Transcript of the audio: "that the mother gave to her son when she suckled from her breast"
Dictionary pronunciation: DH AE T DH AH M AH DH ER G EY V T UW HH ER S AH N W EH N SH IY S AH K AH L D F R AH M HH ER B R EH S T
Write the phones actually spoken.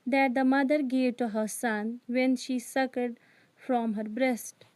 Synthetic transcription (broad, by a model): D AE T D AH M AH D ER G EY V T UW HH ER S AH N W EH N SH IY S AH K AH D F R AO M HH ER B R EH S T